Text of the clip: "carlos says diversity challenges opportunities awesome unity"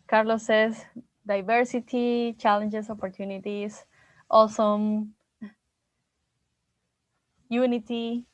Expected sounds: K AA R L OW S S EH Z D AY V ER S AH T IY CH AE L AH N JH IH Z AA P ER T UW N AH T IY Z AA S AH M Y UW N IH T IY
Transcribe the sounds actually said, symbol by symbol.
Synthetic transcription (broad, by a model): K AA R L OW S S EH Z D AY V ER S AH T IY CH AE L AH N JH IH S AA P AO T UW N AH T IY S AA S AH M Y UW N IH T IY